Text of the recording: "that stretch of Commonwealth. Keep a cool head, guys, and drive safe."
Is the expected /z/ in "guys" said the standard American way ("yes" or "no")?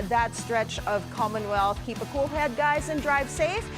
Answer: yes